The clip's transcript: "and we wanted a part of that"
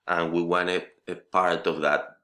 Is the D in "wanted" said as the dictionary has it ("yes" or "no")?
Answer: no